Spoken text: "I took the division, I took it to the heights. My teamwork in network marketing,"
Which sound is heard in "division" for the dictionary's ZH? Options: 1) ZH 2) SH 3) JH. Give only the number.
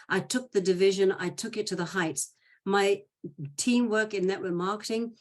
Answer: 1